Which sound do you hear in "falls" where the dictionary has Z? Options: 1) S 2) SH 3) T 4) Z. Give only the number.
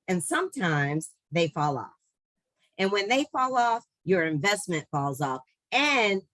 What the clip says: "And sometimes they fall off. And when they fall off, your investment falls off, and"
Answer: 4